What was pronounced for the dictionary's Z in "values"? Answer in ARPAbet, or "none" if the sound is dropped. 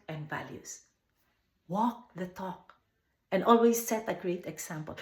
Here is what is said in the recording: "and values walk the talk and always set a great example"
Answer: S